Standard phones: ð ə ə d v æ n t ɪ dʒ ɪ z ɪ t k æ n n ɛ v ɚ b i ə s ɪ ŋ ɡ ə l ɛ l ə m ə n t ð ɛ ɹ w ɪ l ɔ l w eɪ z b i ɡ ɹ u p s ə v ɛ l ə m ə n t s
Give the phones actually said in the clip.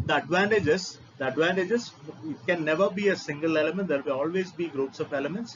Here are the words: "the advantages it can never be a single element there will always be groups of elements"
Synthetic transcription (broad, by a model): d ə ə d v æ n t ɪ dʒ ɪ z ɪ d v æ n n ɛ v ɚ b i ə s ɪ ŋ ɡ ə l ɛ l ə m ə n t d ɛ ɹ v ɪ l ɔ l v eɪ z b i ɡ ɹ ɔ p s ə v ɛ l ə m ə n t s